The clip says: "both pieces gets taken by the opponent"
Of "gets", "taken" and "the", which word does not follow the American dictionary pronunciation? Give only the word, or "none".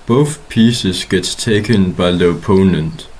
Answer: none